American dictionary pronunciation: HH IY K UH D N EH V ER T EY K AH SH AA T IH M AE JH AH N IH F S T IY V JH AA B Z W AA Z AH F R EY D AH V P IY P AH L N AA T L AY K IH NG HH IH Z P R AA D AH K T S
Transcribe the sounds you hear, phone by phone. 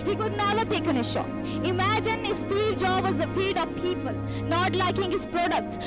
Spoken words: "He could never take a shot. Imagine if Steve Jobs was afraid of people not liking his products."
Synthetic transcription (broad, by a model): HH IY K UH D N EH V ER T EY K AH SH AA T IH M AE JH AH N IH S T IY V JH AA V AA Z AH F IY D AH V P IY P AH L N AA T L AY K IH NG HH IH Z P R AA D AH K T S